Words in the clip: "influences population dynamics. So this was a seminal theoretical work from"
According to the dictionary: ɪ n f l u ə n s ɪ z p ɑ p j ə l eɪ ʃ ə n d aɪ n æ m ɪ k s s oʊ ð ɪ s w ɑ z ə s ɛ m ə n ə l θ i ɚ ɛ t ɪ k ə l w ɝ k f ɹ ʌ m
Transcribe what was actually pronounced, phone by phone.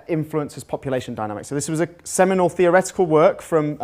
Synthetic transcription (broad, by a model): ɪ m f l u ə n s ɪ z p ɑ p j ə l eɪ ʃ ə n d aɪ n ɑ m ɪ k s s oʊ ð ɪ s w ɑ z ə s ɛ m ə n ə l θ i ɚ ɛ t ɪ k ə l w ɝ k f ɹ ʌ m